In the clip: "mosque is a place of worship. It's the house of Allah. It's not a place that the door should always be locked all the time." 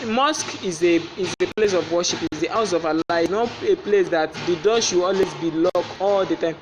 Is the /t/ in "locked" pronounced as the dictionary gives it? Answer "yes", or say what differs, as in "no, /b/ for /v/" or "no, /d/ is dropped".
no, /t/ is dropped